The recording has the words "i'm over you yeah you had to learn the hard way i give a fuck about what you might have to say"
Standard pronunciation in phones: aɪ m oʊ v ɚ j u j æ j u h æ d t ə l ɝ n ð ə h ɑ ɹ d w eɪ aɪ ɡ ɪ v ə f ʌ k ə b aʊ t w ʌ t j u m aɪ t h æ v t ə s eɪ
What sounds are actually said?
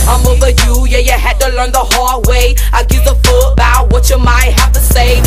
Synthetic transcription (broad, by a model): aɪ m oʊ v ɚ j u j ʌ j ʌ h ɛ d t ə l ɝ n ð ə h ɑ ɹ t w eɪ aɪ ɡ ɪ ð ə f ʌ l ə b aʊ t w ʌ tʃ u m aɪ t h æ f t ə s eɪ